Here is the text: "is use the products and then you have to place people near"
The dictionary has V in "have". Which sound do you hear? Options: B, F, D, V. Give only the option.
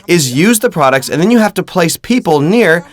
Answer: F